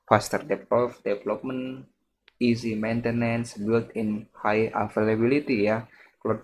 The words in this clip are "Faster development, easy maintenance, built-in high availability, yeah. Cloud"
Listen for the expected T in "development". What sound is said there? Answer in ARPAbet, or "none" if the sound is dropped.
none